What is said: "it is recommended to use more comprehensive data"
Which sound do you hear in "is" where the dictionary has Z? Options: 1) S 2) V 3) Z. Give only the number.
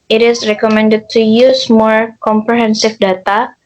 1